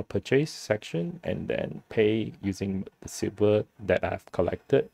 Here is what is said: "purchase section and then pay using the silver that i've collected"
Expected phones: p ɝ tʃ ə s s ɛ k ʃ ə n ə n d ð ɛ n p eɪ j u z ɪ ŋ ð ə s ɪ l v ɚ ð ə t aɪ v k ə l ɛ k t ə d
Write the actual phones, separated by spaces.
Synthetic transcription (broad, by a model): p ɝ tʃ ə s s ɛ k ʃ ə n ə n d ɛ n p eɪ j u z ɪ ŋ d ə s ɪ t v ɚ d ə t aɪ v k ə l ɛ k t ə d